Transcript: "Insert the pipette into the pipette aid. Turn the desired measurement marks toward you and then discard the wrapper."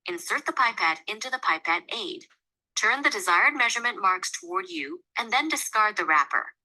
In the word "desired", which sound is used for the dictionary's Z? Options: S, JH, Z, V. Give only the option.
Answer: Z